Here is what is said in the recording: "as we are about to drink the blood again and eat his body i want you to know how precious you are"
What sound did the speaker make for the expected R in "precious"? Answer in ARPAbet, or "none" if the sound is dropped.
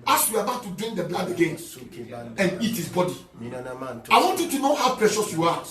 R